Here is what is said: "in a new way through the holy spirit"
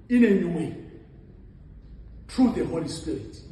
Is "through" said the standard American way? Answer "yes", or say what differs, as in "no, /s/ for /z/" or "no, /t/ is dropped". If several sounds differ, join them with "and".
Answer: no, /t/ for /θ/